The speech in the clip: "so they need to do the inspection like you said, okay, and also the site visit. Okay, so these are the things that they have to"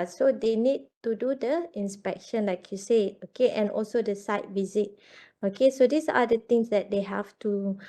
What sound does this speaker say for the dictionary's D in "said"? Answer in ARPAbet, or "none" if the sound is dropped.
none